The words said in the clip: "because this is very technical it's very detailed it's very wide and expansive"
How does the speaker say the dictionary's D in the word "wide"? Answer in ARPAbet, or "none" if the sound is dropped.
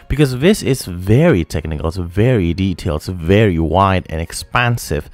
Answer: D